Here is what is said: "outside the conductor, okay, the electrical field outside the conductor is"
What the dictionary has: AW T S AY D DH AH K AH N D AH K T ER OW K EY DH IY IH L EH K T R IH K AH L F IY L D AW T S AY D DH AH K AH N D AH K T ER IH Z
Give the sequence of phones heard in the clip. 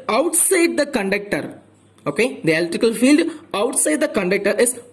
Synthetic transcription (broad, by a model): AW T S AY D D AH K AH N D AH K T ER OW K EY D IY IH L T IH K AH L F IY L D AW T S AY D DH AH K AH N D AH K T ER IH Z